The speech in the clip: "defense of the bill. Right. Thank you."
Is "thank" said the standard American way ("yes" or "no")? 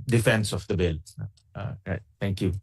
no